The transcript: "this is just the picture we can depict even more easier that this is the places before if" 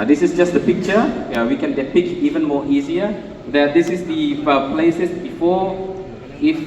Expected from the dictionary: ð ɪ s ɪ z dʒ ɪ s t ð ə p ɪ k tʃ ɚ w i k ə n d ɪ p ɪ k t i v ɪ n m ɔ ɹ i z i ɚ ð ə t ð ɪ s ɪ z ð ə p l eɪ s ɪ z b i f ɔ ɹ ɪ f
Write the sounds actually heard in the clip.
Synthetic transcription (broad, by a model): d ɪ s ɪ s dʒ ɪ s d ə p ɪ k tʃ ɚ w i k ə n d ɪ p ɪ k i v ɪ n m ɔ i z i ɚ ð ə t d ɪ s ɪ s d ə p l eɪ s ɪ s b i f ɔ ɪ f